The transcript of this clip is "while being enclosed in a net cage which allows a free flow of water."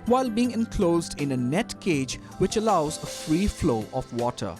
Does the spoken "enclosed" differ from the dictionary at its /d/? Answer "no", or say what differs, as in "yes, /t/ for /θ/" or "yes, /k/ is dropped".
no